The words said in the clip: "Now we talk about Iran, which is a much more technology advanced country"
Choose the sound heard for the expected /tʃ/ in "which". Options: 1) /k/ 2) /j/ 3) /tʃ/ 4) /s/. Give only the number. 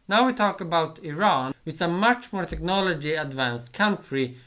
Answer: 4